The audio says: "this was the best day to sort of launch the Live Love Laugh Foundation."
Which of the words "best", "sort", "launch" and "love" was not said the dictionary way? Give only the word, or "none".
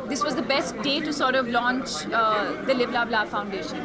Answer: love